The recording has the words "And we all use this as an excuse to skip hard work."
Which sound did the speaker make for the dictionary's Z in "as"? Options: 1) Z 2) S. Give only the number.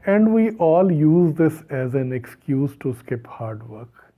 1